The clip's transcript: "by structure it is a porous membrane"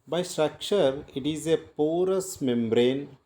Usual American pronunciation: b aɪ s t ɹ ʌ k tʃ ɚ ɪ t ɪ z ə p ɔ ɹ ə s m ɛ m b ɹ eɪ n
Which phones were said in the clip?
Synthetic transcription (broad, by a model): b aɪ s t ɹ ʌ k tʃ ɚ ɪ t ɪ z ə p ɔ ɹ ə s m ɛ m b ɹ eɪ n